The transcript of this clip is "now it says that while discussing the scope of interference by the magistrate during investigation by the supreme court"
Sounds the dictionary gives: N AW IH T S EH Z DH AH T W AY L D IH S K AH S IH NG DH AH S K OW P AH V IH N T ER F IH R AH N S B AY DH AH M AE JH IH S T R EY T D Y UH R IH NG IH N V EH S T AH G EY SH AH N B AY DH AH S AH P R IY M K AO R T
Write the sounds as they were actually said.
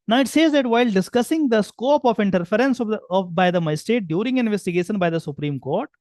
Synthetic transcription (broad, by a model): N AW IH T S EH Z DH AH T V AY L D IH S K AH S IH NG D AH S K OW P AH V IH N T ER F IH R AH N S B AY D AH M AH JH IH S T EY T D Y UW R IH NG IH N V EH S T AH G EY SH AH N B AY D AH S AH P R IY M K AO R T